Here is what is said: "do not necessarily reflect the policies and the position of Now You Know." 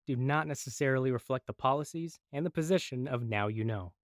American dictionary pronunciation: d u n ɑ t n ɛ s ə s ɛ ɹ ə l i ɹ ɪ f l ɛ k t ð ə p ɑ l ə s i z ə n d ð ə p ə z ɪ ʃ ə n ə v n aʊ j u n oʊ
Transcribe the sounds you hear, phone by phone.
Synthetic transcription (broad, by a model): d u n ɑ t n ɛ s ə s ɛ ɹ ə l i ɹ ɪ f l ɛ k t ð ə p ɑ l ə s i z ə n ð ə p ə z ɪ ʃ ə n ə v n aʊ j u n oʊ